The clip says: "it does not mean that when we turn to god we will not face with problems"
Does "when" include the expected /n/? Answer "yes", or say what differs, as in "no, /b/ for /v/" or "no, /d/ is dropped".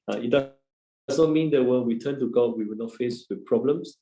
no, /l/ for /n/